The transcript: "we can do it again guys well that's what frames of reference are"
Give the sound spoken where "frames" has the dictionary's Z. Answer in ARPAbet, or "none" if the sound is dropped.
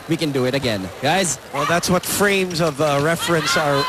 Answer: Z